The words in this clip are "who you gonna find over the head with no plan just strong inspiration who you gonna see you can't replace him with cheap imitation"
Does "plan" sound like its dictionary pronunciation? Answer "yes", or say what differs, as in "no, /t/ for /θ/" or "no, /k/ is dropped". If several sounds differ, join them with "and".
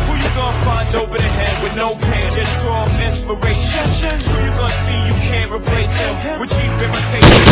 no, /l/ is dropped